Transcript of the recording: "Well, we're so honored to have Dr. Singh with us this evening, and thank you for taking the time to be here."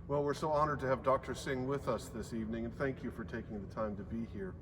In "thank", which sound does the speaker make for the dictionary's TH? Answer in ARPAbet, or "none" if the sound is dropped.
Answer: TH